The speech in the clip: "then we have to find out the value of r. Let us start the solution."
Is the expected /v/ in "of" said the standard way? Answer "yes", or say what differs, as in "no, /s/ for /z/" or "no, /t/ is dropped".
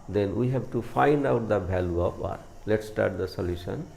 no, /p/ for /v/